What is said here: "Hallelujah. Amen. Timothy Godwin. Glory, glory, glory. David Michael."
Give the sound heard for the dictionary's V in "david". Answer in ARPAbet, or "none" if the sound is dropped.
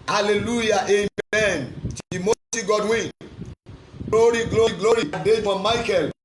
F